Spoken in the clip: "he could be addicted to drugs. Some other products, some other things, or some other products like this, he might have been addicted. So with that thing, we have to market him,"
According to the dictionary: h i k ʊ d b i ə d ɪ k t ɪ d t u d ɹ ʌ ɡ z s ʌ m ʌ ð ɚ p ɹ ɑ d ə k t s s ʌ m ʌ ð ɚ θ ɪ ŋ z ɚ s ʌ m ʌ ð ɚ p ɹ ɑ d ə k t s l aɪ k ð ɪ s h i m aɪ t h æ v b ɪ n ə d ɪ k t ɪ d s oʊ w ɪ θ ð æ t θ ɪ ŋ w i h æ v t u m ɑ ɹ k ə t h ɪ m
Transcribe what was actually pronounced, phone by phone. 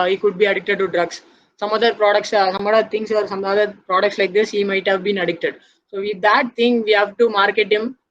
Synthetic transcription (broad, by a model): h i k ʊ d b i ə d ɪ k t ɪ d t u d ɹ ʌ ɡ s s ʌ m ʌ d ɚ p ɹ ɑ d ə k t s s ʌ m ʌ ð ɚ t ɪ ŋ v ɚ s ʌ m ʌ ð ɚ p ɹ ɑ d ə k t s l aɪ k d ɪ s h i m aɪ t h æ v b ɪ n ə d ɪ k t ɪ d s oʊ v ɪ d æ t t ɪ ŋ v i h æ v t u m ɑ ɹ k ə t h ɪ m